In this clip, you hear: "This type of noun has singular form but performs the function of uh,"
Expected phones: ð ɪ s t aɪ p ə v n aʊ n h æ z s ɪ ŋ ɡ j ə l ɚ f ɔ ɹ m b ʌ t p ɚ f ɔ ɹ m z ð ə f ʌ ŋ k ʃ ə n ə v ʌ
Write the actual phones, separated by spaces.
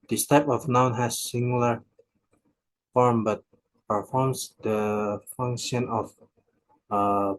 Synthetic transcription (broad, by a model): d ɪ s t aɪ p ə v n aʊ n h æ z s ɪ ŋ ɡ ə l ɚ f ɔ ɹ m b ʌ t p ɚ f ɔ ɹ m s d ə f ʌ ŋ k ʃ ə n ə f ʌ